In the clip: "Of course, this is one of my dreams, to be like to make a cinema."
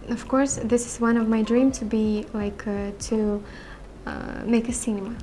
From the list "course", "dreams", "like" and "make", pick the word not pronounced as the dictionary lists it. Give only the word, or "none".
dreams